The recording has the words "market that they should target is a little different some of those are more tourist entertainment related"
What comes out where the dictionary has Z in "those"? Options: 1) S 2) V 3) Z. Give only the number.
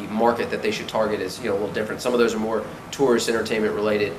3